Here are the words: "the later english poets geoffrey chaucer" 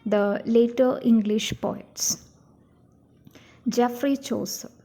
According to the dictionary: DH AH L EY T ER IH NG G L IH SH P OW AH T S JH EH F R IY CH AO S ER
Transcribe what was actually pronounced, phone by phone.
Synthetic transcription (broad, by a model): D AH L EY T ER IH NG G L IH SH P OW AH T S JH EH F R IY CH AO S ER